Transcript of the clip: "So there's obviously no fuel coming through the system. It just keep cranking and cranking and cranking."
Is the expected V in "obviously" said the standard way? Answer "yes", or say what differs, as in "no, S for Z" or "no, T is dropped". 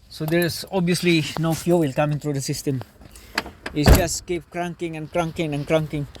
no, V is dropped